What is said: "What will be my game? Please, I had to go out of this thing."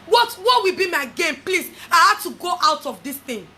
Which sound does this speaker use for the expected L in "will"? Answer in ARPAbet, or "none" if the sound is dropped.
W